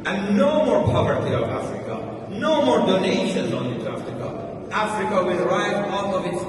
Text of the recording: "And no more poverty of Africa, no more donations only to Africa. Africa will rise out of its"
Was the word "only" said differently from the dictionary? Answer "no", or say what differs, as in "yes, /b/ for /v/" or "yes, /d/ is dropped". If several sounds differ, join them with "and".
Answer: yes, /l/ is dropped